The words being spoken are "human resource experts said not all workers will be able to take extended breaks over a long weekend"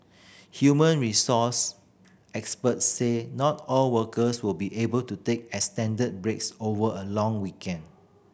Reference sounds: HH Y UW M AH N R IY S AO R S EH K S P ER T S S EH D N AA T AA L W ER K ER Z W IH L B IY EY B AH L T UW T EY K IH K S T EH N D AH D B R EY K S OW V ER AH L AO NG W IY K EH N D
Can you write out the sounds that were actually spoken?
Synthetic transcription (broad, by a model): HH Y UW M AH N R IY S AO S EH K S P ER T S S EH N AA T AA L W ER K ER S W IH L B IY EY B AH L T UW T EY K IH S T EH N D AH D B R EY K S OW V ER AH L AO NG W IY K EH N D